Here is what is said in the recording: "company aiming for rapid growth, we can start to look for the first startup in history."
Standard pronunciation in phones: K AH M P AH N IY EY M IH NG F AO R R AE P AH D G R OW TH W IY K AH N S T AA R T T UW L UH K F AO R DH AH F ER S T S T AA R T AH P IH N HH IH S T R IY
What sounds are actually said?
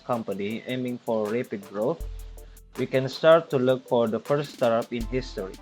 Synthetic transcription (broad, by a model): K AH M P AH N IY EY M IH NG F AO R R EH P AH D G R OW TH W IY K AH N S T AA R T T UW L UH K F AO R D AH F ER T S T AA R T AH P IH N HH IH S T R IY